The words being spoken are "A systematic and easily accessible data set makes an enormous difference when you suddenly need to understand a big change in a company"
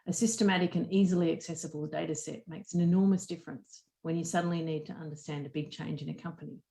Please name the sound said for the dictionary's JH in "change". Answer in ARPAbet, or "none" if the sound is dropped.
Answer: JH